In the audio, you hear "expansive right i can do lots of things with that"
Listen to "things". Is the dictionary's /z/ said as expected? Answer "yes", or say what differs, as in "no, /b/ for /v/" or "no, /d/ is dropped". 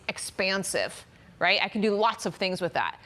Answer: yes